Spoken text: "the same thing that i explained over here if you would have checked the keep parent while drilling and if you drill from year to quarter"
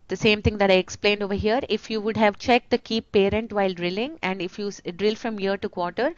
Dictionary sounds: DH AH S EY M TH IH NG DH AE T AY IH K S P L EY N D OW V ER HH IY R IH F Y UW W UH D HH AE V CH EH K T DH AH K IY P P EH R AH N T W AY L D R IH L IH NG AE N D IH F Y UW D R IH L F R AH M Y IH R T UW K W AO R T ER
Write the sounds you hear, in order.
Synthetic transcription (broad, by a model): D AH S EY M T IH NG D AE T AY IH K S P L EY N D OW V ER HH IY R IH F Y UW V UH D HH AE V CH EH K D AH K IY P P EH R AH N T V AY L D R IH L IH NG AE N D IH F Y UW D R IH L F R AH M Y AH R T UW K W AO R T ER